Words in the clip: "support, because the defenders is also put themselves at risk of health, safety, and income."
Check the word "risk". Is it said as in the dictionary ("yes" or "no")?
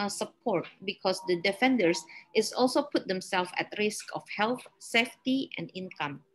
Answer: yes